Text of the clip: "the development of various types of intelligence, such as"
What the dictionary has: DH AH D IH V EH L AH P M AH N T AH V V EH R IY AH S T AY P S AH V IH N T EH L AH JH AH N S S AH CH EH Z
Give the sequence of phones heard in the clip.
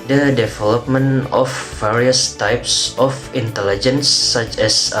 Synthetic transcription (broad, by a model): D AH D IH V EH L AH P M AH N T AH F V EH R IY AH S T AY P S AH F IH N T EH L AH JH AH N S S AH CH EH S